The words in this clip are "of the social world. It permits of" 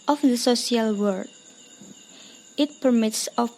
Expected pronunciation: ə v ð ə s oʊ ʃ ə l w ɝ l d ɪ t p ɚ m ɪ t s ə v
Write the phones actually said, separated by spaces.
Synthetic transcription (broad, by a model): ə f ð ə s oʊ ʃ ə l w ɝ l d ɪ t p ɚ m ɪ t s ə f